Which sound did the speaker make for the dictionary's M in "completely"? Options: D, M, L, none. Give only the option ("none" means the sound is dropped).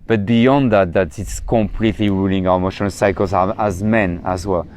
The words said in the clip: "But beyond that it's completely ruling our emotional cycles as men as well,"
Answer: M